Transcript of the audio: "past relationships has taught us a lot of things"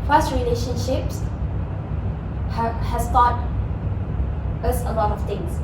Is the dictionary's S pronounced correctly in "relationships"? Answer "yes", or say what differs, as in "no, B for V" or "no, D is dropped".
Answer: yes